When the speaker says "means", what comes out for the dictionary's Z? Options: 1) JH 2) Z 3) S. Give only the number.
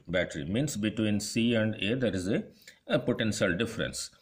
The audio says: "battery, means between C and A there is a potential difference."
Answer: 3